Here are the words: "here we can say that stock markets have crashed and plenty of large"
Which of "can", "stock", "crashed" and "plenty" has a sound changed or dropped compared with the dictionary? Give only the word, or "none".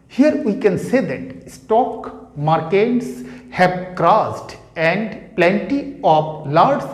crashed